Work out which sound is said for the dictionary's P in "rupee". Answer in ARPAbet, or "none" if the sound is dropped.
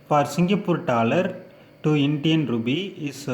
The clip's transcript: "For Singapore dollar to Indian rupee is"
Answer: B